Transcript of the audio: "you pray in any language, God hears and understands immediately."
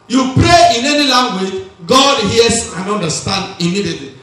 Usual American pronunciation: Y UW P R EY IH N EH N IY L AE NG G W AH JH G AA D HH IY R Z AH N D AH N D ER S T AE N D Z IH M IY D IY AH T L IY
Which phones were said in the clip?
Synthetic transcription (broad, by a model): Y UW P R EY IH N EH N IY L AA NG G W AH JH G AA D HH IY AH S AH N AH N D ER S T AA N D IH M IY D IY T L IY